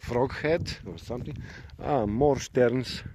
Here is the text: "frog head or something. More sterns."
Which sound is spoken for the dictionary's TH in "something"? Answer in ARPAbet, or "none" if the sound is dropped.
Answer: T